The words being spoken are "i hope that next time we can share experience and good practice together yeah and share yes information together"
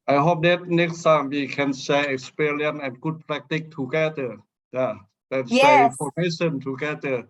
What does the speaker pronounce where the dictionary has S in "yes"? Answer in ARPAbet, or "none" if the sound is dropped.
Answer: none